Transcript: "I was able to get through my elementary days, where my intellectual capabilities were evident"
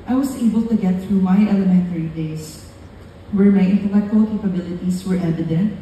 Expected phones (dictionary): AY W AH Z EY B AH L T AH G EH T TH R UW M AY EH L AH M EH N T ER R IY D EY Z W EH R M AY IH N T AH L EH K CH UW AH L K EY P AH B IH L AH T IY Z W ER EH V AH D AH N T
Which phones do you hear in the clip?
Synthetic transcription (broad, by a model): AY W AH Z EY B AH L T AH G EH T TH R UW M AY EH L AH M EH N T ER R IY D EY S W EH R M AY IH N T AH L EH K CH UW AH L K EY P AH B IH L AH T IY S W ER EH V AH D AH N T